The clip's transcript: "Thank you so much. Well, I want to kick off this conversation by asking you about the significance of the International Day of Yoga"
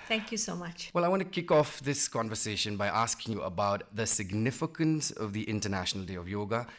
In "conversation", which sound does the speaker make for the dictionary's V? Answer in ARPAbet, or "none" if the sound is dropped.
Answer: V